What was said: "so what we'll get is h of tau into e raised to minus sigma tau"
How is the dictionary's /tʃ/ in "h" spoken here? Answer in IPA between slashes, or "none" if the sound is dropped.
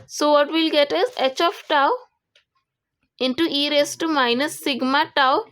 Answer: /tʃ/